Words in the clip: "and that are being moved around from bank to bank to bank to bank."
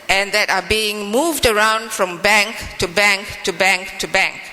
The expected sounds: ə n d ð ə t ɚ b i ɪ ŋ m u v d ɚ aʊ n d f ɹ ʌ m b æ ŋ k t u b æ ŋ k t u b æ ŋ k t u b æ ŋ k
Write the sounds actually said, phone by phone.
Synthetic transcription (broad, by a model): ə n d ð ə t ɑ b i ɪ ŋ m u v d ɚ aʊ n d f ɹ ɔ m b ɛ ŋ k t u b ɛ ŋ k t u b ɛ ŋ k t u b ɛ ŋ k